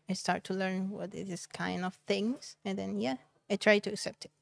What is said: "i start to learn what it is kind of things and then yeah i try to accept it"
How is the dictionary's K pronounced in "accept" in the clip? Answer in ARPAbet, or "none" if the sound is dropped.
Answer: K